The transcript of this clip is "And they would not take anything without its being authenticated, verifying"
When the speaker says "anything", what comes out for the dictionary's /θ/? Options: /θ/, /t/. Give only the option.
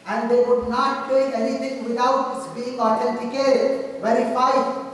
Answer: /t/